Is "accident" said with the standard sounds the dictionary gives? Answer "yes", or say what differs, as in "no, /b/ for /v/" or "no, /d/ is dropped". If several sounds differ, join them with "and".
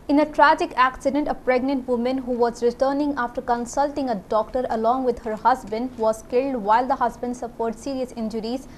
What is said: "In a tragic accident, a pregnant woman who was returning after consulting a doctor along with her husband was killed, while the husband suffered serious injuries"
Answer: yes